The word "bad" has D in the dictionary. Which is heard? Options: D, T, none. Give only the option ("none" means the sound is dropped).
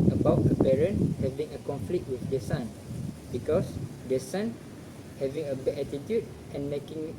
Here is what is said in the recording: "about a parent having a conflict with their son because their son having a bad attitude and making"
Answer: none